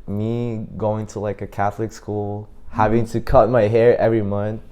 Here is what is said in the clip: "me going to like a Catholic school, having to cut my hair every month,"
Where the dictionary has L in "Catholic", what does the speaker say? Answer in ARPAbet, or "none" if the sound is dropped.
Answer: L